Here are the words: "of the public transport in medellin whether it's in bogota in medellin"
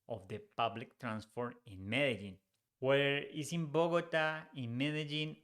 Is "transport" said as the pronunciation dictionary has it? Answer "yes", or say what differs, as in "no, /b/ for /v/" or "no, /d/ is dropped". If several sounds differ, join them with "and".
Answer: no, /f/ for /p/